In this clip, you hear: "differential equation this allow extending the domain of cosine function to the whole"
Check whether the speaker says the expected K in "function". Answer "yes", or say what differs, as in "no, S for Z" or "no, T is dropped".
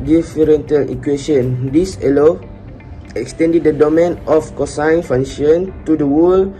no, K is dropped